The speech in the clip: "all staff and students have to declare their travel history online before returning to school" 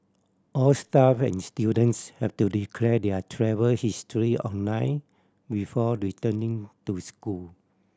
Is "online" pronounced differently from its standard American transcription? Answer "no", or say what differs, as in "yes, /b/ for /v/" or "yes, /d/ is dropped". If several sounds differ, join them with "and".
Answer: yes, /l/ is dropped